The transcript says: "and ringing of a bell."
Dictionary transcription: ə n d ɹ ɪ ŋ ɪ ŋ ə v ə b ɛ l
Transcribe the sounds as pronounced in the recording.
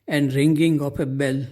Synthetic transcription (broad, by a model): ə n d ɹ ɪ ŋ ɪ ŋ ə p ə b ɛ l